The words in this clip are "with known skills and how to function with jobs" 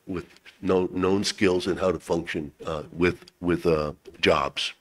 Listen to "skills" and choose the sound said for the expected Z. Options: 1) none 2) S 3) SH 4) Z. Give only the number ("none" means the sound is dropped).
4